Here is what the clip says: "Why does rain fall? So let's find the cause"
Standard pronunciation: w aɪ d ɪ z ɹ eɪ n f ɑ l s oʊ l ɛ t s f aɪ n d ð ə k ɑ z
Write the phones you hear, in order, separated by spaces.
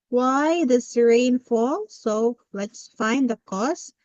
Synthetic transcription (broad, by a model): w aɪ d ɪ s ɹ eɪ n f ɑ l s oʊ l ɛ t s f aɪ n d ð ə k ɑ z